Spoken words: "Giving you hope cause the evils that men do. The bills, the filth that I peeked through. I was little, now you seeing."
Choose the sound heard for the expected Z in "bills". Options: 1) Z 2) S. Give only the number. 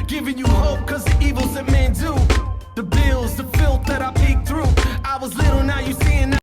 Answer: 1